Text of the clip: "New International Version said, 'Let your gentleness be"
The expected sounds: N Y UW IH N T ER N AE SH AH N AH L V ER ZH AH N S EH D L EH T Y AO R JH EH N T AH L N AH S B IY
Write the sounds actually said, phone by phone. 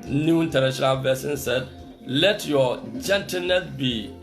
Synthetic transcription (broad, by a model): N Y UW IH N T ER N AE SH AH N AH L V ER S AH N S EH D L EH T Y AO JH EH N T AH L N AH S B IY